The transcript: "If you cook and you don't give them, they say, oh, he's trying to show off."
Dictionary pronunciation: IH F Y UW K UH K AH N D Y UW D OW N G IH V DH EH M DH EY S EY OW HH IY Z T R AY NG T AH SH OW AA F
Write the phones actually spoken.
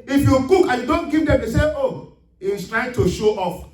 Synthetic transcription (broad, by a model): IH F Y UW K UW K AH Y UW D OW N G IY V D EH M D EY S EY OW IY S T R AY T AH SH OW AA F